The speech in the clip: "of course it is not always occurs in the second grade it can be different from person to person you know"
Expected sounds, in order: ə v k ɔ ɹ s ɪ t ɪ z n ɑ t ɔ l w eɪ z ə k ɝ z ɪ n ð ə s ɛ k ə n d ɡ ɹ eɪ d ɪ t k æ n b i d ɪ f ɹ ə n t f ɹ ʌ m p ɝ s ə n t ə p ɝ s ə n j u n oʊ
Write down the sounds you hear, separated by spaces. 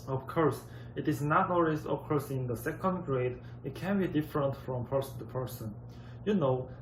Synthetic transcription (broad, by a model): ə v k ɔ ɹ s ɪ t ɪ z n ɑ t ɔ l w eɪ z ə k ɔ s ɪ n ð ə s ɛ k ə n d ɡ ɹ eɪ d ɪ t k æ n b i d ɪ f ɹ ə n t f ɹ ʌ m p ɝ s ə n t ə p ɝ s ə n j u n oʊ